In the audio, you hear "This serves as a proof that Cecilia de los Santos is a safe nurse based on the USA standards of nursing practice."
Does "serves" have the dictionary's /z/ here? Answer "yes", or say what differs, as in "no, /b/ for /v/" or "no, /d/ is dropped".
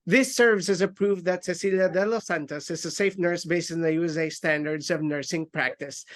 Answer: no, /s/ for /z/